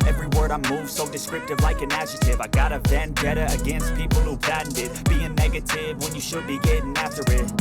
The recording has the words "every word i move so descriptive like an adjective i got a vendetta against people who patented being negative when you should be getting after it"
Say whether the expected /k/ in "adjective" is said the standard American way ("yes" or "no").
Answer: no